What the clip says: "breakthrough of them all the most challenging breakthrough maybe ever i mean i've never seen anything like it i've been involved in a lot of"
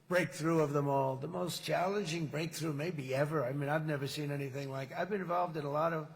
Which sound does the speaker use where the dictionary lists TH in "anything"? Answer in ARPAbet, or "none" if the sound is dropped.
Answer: TH